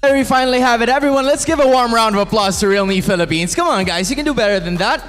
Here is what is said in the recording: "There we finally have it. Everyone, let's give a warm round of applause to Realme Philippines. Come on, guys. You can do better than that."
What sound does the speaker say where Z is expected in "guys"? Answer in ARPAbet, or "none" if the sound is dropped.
Z